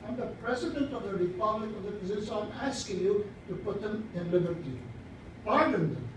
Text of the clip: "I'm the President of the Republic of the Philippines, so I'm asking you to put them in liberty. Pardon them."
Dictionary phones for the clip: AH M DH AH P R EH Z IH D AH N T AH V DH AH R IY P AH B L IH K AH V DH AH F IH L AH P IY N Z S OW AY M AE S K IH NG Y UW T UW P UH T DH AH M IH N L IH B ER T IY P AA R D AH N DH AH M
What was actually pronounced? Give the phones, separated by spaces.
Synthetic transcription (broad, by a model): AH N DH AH P R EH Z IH D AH N T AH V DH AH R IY P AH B L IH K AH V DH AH P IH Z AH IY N S OW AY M AE S K IH NG Y UW T UW P UH T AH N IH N L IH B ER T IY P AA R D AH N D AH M